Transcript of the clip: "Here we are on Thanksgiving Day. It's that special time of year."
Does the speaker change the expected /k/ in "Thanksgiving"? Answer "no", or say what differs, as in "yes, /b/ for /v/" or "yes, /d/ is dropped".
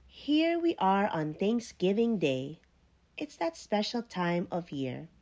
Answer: no